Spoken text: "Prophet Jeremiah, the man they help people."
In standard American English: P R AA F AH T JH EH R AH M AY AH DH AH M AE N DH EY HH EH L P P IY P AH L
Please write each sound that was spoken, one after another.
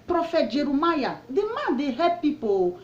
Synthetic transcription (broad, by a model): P R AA F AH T JH EH R AH M AY AH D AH M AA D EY HH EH P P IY P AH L